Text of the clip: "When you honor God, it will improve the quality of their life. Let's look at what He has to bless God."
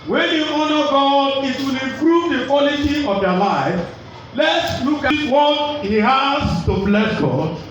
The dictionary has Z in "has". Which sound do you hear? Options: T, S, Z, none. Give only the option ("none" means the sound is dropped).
S